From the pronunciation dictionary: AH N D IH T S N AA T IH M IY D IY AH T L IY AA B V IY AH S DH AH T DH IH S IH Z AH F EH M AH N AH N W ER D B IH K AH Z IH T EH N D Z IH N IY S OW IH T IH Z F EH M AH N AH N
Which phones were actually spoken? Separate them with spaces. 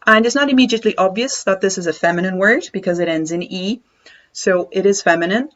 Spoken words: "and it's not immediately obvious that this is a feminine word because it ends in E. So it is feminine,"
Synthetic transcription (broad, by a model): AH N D IH T S N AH T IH M IY D IY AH T L IY AA B V IY AH S DH AH T DH IH S IH Z AH F EH M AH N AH N W ER D B IH K AH Z IH T EH N D Z IH N IY S OW IH T IH Z F EH M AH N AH N